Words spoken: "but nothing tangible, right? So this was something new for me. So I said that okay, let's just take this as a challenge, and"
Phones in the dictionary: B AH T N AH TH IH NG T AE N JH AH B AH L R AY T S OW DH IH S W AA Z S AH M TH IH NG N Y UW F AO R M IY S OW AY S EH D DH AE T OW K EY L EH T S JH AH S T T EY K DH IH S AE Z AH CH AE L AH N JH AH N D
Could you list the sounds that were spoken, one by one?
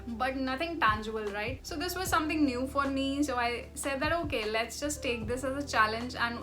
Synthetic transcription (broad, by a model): B AH T N AH T IH NG T AE N JH AH B AH L R AY T S OW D IH S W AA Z S AH M T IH NG N Y UW F AO R M IY S OW AY S EH D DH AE T OW K EY L EH T S JH AH S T T EY K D IH S AE Z AH CH AE L AH N JH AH N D